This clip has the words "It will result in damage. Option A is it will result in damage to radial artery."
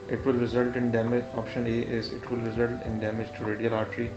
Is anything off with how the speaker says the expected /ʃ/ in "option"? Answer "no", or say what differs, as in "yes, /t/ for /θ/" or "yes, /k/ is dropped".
no